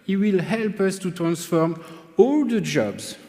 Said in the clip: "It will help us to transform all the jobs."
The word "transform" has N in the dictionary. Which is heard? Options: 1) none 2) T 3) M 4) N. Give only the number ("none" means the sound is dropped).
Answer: 4